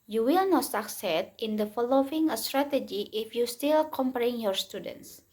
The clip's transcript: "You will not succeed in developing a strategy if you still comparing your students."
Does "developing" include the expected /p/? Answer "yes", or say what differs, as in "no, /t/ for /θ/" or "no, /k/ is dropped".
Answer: no, /p/ is dropped